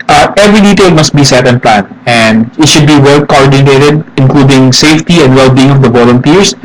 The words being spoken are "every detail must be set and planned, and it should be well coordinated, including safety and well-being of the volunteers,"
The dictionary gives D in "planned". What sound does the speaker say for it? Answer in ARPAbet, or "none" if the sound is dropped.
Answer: none